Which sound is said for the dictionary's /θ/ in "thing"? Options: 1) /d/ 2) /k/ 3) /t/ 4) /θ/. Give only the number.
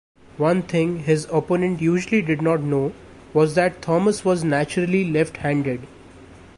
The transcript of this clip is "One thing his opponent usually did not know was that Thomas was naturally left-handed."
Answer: 3